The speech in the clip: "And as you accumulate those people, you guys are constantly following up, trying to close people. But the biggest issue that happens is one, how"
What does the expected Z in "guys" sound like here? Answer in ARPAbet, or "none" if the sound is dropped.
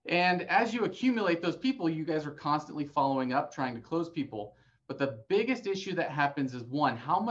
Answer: Z